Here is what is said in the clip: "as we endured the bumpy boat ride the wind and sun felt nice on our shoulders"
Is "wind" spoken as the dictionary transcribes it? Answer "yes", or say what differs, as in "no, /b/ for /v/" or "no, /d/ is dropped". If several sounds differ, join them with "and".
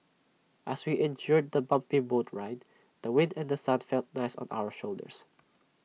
yes